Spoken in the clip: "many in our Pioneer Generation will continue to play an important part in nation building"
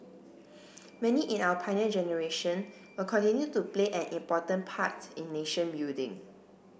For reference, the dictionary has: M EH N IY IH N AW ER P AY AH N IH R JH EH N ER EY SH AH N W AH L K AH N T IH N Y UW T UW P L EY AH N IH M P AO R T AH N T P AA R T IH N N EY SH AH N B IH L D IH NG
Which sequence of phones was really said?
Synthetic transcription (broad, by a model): M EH N IY IH N AW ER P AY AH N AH JH EH N ER EY SH AH N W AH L K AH N T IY N Y UW T UW P L EY AH N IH M P AO T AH N P AA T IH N N EY SH AH N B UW D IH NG